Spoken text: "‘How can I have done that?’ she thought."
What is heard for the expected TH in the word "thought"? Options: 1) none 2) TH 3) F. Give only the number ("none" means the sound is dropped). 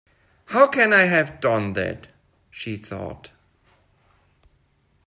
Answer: 2